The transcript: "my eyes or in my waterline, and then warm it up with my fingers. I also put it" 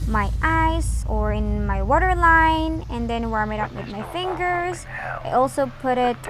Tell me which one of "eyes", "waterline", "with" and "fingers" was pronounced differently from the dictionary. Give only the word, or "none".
eyes